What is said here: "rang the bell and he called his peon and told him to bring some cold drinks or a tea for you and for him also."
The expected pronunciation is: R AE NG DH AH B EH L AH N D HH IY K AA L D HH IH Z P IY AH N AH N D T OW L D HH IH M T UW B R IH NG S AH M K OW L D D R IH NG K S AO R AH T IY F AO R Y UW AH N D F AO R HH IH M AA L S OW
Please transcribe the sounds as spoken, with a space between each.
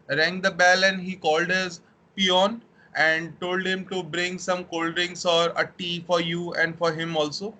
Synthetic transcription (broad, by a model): R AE NG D AH B EH L AH N D HH IY K AA L D HH IH Z P IY AH N AH N D T OW L D HH IH M T UW B R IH NG S AH M K OW L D D R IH NG S AO R AH T IY F AO R Y UW AH N D F AO R HH IH M AA L S OW